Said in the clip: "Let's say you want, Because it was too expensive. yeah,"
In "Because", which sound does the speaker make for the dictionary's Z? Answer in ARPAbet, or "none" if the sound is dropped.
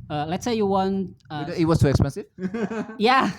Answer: none